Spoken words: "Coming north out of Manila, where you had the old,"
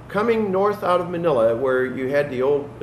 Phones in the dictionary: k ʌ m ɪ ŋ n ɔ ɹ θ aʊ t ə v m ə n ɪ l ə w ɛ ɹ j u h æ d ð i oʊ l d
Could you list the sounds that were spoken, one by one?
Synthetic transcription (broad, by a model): k ʌ m ɪ ŋ n ɔ ɹ θ aʊ t ə v m ə n ɪ l ə w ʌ ɹ j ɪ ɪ d ð i oʊ l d